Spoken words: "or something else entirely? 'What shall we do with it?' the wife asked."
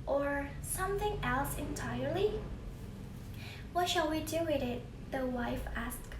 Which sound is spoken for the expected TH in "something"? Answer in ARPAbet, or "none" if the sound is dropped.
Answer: TH